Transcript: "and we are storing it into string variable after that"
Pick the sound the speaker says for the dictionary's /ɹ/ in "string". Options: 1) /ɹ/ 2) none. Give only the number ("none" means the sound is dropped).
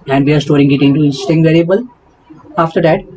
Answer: 2